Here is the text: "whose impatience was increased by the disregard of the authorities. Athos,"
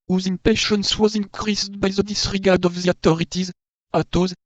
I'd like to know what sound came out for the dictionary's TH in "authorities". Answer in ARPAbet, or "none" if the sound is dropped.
T